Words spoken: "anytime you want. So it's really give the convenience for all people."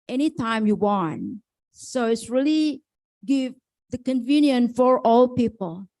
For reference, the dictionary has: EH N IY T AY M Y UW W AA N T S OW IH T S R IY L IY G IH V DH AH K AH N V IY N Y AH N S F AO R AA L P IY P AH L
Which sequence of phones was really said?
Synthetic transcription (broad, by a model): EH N IY T AY M Y UW W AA N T S OW IH T S R IY L IY G IH V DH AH K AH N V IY N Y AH N F AO R AA L P IY P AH L